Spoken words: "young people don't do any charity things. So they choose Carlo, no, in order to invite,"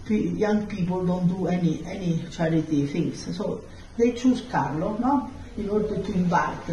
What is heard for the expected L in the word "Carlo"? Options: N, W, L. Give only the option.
L